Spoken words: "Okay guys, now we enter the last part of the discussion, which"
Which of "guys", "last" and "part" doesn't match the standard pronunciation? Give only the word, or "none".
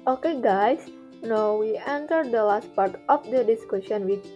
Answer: guys